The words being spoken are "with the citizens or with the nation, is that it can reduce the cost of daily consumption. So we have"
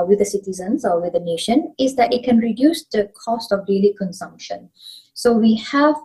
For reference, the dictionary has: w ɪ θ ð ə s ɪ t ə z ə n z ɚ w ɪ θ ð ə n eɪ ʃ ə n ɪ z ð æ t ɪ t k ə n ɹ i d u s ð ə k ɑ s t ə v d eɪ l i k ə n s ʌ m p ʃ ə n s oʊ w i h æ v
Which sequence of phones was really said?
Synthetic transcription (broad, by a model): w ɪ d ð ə s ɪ t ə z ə n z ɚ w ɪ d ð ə n eɪ ʃ ə n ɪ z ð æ t ɪ t k ə n ɹ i d u s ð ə k ɑ s t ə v d eɪ l i k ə n s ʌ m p ʃ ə n s oʊ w i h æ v